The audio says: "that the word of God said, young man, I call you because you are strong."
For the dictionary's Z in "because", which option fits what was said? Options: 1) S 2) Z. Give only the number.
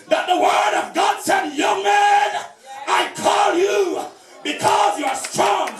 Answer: 2